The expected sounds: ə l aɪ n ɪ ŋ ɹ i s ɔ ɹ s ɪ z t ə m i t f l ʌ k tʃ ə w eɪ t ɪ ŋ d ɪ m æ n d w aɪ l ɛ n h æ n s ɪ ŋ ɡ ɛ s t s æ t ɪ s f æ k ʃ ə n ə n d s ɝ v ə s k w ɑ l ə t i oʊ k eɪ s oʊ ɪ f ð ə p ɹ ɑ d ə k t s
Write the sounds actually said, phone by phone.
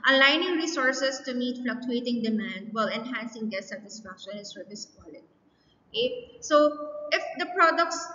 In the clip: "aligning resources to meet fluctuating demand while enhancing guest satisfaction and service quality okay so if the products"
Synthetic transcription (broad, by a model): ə l aɪ n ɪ ŋ ɹ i s ɔ ɹ s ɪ s t ə m i t f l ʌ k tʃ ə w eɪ t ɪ ŋ d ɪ m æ n d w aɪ l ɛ n h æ n s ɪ ŋ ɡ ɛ t s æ t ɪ s f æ k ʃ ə n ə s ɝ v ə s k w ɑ l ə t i oʊ k eɪ s oʊ ɪ f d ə p ɹ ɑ d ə k t s